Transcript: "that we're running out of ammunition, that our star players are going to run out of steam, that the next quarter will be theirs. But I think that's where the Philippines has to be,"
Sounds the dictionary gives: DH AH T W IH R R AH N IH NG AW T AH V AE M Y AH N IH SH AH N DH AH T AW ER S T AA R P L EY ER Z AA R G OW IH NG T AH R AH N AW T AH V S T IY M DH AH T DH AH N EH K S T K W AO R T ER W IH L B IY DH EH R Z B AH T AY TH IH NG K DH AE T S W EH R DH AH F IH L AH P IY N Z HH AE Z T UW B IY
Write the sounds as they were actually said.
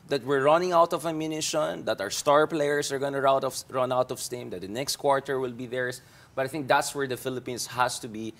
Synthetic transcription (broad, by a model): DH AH T W IH R R AH N IH NG AW T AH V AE M Y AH N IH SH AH N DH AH T AW ER S T AA R P L EY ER S AA R G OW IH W T AH R AH N AW T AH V S T IY M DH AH T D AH N EH K S T K W AO R T ER W IH L B IY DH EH R S B AH T AY TH IH NG K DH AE T S W EH R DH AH F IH L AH P IY N S HH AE S T UW B IY